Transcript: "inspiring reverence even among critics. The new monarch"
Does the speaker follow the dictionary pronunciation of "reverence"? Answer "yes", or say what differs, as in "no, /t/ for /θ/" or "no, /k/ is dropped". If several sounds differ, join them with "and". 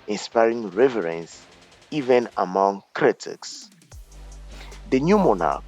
yes